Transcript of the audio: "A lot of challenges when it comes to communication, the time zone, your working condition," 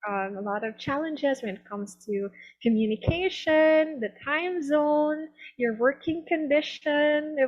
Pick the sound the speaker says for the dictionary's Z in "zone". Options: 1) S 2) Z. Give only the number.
2